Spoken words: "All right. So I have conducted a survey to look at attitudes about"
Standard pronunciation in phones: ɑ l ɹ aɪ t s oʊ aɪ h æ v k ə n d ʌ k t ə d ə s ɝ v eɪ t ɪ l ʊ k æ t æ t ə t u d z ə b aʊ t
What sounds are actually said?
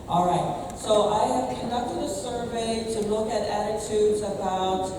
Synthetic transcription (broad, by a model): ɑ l ɹ aɪ t s oʊ aɪ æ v k ə n d ʌ k t ə d ə s ɝ v eɪ t ɪ l ʊ k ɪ t æ t ə t u d z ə b aʊ t